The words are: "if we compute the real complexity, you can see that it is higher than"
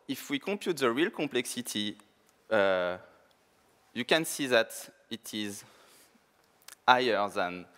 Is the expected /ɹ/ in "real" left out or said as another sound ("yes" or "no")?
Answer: no